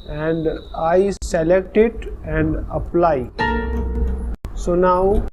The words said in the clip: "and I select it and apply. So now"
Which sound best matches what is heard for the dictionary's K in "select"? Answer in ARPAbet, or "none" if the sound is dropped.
K